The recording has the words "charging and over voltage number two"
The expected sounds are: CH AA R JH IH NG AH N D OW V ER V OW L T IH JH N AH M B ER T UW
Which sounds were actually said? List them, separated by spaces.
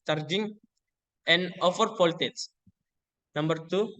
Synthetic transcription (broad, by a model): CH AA R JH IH NG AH N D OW F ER P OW L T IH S N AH M B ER T UW